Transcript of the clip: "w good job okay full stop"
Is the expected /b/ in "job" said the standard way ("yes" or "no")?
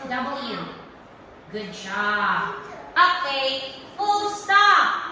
no